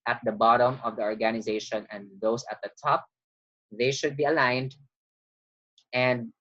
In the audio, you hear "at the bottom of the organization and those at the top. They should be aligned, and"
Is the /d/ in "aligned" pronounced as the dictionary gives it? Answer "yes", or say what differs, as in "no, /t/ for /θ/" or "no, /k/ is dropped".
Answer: yes